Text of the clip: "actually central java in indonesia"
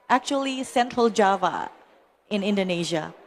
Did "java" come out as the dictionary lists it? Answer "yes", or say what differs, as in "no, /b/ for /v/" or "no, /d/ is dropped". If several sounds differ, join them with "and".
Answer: yes